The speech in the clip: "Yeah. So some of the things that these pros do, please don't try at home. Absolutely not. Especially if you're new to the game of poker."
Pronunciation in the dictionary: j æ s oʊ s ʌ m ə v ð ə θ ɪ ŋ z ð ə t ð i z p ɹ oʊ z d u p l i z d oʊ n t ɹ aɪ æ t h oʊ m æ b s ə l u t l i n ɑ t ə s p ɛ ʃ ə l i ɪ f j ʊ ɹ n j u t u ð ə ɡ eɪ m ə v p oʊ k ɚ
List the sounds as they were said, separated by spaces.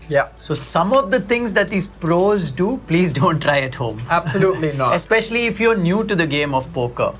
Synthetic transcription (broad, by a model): j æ s oʊ s ʌ m ə v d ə t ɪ ŋ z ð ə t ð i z p ɹ oʊ z d u p l i z d oʊ n t ɹ aɪ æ t h oʊ m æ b s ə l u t l i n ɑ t ə s p ɛ ʃ ə l i ɪ f j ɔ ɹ n j u t u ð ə ɡ eɪ m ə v p oʊ k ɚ